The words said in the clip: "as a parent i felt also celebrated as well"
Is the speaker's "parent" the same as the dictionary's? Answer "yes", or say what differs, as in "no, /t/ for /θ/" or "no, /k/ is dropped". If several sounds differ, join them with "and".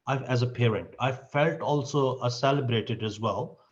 yes